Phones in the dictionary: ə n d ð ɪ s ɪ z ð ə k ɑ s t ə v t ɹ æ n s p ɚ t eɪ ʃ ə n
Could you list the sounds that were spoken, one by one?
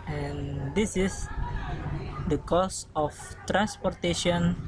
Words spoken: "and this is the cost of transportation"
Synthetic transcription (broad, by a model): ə n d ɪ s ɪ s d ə k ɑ s ə f t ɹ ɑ n s p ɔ t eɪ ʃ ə n